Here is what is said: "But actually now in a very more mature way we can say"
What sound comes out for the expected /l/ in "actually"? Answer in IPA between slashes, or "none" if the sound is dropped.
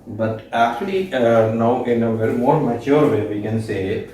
/l/